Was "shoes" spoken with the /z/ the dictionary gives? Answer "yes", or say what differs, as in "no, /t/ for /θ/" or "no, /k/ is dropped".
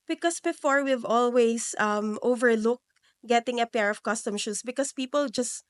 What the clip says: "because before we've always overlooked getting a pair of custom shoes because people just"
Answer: no, /s/ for /z/